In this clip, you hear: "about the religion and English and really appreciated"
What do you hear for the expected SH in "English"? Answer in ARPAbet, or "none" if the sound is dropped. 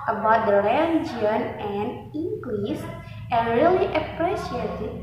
S